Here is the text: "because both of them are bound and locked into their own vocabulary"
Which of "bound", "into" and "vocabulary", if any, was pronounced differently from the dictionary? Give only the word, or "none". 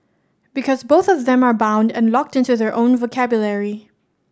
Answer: none